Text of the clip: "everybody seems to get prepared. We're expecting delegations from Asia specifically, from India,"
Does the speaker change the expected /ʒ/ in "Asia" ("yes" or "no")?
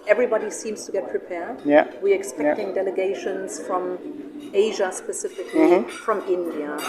no